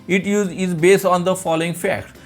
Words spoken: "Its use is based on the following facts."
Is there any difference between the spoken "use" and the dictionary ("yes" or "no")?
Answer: yes